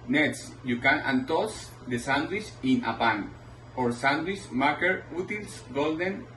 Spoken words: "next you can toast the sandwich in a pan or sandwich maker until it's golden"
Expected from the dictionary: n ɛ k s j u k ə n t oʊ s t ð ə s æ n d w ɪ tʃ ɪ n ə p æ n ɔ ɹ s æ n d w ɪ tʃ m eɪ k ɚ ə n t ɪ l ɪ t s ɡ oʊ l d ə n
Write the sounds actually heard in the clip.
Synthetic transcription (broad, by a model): n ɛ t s j u k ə n t oʊ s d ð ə s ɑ n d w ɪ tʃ ɪ n ə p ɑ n ɔ ɹ s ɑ n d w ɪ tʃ m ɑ k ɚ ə t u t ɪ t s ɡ oʊ l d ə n